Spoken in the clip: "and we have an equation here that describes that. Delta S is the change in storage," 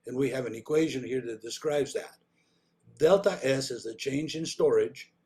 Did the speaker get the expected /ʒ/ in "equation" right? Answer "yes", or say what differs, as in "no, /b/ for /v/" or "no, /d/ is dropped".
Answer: yes